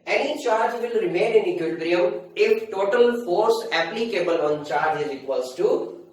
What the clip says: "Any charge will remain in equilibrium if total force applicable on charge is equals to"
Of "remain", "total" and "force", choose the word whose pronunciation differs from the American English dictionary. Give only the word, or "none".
none